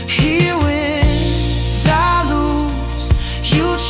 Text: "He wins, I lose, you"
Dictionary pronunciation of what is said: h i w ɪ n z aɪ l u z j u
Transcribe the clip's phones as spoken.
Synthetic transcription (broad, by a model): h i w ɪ z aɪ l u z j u